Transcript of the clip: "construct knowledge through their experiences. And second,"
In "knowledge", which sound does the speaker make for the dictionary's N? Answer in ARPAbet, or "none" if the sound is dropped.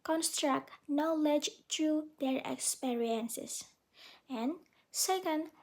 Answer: N